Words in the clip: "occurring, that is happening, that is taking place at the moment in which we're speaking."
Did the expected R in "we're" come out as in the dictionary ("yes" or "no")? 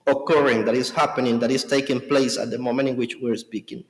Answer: yes